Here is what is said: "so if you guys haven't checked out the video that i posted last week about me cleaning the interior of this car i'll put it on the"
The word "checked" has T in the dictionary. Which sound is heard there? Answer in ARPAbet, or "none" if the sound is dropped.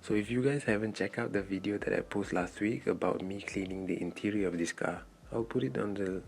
none